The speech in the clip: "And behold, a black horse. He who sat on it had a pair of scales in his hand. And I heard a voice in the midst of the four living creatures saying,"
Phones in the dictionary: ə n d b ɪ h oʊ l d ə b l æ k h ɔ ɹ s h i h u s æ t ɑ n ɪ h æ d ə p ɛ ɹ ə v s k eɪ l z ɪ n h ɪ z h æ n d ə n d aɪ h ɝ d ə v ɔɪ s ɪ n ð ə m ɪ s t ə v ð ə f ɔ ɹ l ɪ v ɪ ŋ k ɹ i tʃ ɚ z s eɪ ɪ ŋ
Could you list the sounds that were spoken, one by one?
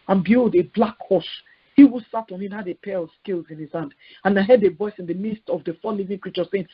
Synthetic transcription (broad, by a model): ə n b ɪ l d ə b l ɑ k h ɔ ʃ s h i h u s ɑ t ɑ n ɪ h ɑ d ə p ɛ ɹ ə v s k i l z ɪ n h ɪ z h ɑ n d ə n aɪ h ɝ d ə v ɔɪ s ɪ n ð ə m ɪ s t ə v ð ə f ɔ l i v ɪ ŋ k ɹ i tʃ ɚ s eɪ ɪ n